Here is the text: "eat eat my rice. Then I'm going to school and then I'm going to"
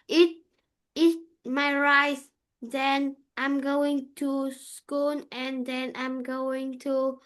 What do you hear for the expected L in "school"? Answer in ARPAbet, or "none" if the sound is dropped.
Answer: N